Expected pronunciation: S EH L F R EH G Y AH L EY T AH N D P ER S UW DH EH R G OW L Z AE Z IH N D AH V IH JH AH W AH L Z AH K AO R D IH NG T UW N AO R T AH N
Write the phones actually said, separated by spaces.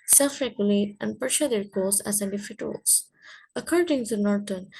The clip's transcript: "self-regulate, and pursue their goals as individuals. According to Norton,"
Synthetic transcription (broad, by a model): S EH L F R EH G Y AH L EY T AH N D P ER SH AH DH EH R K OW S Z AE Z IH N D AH F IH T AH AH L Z AH K AO R D IH NG T UW N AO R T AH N